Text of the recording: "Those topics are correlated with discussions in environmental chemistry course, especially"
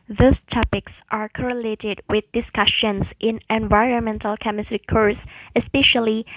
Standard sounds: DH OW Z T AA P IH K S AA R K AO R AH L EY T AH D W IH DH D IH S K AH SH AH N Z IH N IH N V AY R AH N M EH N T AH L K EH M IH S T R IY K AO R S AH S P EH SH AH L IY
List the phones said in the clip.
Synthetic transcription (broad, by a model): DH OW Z T AA P IH K S AA R K AO R AH L EY T AH D W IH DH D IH S K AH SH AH N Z IH N IH N V AY R AH N M EH N T AH L K EH M IH S T R IY K AO R S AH S P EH SH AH L IY